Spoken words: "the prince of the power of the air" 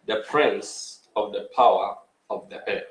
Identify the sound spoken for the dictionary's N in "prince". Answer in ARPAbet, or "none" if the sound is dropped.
N